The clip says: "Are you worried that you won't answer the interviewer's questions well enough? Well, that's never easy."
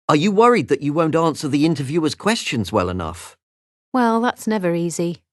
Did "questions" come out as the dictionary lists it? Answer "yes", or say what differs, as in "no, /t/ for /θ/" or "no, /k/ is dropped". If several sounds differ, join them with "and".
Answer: yes